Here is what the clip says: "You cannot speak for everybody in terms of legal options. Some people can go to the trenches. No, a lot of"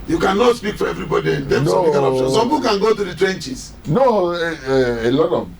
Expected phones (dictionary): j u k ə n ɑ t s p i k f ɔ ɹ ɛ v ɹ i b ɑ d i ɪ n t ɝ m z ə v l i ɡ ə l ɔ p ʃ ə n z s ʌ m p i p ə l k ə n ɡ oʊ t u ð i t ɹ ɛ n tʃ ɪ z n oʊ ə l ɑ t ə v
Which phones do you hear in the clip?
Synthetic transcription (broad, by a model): j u k ə n ɑ t s p i k f ɔ ɹ ɛ v ɹ i b ɑ d i ɪ n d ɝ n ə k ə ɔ ʃ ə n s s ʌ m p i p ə k ə n ɡ oʊ t u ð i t ɹ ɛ n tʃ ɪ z n oʊ ə l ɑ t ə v